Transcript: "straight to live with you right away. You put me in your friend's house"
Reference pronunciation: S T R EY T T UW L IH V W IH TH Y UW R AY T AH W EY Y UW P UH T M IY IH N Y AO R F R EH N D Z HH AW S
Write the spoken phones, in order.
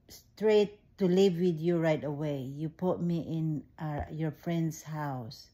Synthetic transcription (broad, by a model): S T R EY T T UW L IH V W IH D Y UW R AY T AH W EY Y UW P UH T M IY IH N Y AO R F R EH N D S HH AW S